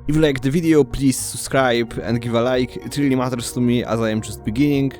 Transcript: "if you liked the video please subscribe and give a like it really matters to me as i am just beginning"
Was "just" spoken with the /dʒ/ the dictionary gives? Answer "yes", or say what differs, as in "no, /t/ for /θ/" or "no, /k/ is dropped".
no, /tʃ/ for /dʒ/